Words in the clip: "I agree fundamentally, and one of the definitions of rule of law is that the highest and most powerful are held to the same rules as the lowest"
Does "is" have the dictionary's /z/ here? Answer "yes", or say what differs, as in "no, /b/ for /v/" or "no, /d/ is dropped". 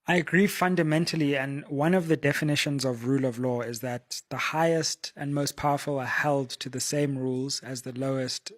yes